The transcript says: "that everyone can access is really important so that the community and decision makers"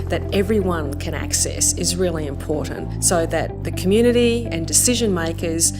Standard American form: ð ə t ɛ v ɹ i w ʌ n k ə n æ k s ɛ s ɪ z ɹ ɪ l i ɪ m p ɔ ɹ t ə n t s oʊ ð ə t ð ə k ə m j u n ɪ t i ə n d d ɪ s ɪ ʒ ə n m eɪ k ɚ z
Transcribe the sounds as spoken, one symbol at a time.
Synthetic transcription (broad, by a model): ð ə t ɛ v ɹ i w ʌ n k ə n æ k s ɛ s ɪ z ɹ ɪ l i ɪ m p ɔ ɹ t n t s oʊ ð ə t ð ə k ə m j u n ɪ t i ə n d d ɪ s ɪ ʒ ə n m eɪ k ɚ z